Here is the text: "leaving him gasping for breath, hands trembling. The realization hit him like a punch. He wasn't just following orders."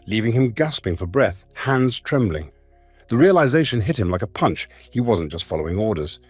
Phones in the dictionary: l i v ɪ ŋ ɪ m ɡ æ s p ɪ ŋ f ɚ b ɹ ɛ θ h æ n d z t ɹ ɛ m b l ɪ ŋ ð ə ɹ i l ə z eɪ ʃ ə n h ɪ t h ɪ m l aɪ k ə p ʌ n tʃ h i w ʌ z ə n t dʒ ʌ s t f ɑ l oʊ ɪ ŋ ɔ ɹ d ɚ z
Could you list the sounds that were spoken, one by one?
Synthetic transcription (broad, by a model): l i v ɪ ŋ ɪ m ɡ æ s p ɪ ŋ f ɚ b ɹ ɛ θ h æ n d z t ɹ ɛ m b l ɪ ŋ ð ə ɹ i l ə z eɪ ʃ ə n h ɪ t h ɪ m l aɪ k ə p ʌ n tʃ h i w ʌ z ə n dʒ ʌ s t f ɑ l oʊ ɪ ŋ ɔ ɹ d ɚ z